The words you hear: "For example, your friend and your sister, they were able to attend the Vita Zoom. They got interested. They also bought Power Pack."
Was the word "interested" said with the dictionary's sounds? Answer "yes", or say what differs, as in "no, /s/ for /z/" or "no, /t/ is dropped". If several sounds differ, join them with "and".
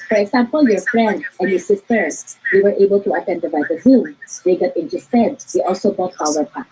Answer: no, /ɹ/ is dropped